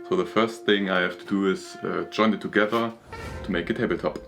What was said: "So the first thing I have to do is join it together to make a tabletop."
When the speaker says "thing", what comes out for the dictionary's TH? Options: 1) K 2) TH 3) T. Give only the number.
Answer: 2